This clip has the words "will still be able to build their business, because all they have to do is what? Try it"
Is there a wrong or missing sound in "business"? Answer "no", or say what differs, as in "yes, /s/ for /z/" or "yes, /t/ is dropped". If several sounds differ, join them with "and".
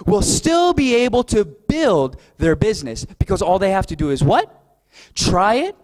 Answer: no